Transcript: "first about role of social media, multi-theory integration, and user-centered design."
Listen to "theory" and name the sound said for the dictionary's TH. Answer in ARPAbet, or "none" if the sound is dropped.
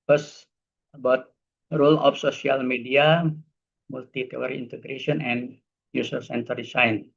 T